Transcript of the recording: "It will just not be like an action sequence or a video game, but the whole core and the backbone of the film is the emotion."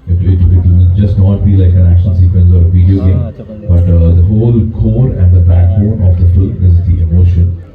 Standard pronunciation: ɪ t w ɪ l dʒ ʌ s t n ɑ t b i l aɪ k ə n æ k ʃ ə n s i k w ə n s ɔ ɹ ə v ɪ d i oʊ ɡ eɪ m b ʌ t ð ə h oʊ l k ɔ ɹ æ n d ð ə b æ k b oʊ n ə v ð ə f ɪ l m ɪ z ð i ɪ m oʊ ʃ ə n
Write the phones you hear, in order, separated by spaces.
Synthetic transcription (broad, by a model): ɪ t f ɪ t dʒ ʌ s t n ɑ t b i l aɪ k ə n æ k ʃ ə n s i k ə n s ɔ ɹ ə v ɪ d i oʊ ɡ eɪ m b ʌ t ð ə h oʊ l k ɔ ɹ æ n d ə b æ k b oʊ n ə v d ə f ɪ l ɪ z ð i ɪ m oʊ ʃ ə n